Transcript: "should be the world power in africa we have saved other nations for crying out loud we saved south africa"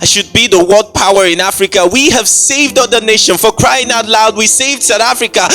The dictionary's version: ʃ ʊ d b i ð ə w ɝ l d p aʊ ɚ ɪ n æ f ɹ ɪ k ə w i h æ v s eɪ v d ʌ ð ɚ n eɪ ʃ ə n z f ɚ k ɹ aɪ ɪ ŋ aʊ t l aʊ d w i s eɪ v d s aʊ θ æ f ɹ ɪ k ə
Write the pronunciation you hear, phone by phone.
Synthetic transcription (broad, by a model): ʃ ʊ d b i ð ə w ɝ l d p aʊ ɚ ɪ n æ f ɹ ɪ k ə w i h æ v s eɪ v d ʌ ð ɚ n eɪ ʃ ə n f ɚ k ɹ aɪ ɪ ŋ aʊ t l aʊ d w i s eɪ v d s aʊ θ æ f ɹ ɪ k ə